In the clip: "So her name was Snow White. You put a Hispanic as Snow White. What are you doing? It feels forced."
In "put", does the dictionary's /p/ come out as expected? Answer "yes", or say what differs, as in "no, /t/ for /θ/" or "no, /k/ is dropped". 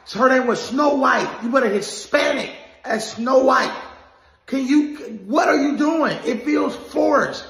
no, /b/ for /p/